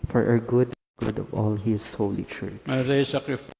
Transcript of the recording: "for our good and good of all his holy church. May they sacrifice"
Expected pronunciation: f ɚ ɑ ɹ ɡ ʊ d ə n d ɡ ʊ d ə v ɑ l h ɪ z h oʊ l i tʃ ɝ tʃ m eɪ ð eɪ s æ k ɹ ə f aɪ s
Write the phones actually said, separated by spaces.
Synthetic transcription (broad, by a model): f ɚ ɑ ɹ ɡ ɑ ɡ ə d ɡ ʊ d ə v ɑ l h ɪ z h oʊ l i tʃ ɝ tʃ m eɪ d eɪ s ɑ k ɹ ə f